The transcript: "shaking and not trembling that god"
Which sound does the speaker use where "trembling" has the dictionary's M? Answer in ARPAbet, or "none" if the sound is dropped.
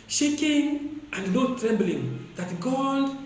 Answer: M